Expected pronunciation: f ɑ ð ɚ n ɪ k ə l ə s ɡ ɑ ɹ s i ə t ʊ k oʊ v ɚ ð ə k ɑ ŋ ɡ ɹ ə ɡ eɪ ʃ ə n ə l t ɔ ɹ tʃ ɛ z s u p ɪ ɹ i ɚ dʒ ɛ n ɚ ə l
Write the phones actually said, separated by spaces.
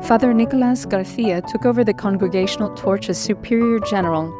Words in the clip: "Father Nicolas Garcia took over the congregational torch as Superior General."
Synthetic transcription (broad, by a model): f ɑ ð ɚ n ɪ k ə l ə s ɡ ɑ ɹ θ i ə t ʊ k oʊ v ɚ ð ə k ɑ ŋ ɡ ɹ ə ɡ eɪ ʃ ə n l t ɔ ɹ tʃ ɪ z s u p ɪ ɹ i ɚ dʒ ɛ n ɚ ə l